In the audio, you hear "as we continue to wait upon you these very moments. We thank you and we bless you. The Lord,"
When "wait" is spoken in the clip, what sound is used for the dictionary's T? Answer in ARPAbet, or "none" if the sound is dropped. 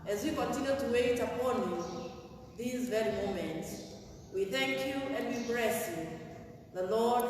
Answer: T